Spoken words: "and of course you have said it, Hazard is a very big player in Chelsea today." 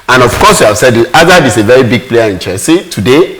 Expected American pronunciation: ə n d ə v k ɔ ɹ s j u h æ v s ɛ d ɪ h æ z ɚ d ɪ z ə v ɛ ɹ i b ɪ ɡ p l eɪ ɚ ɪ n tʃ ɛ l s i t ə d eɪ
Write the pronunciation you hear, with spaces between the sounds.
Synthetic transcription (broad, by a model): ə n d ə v k ɔ s j u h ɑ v s ɛ d ɪ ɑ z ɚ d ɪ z ə v ɛ ɹ i b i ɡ p l eɪ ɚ ɪ n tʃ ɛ s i t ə d eɪ